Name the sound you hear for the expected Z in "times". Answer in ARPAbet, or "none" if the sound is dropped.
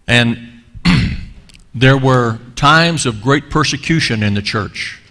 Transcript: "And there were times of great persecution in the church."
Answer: Z